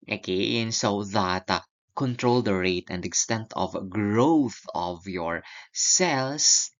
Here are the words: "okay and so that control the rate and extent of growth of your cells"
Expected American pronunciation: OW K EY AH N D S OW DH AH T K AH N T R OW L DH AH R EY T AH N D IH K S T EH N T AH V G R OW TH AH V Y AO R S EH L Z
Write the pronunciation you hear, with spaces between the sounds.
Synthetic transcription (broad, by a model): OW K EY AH N S OW DH AH T K AH N T R OW L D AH R EY T AH N D IH K S T EH N T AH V G R OW TH AH V Y AO R S EH L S